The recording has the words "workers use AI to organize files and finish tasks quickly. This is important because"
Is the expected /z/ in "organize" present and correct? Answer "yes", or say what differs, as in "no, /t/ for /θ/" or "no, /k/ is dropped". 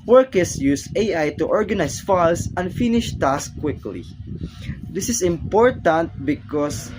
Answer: no, /s/ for /z/